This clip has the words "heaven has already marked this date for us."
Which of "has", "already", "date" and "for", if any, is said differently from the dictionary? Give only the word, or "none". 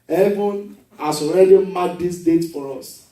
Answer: has